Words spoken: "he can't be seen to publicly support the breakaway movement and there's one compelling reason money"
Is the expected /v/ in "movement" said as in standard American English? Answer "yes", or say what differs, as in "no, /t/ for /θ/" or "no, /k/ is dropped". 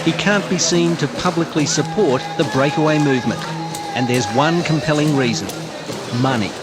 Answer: yes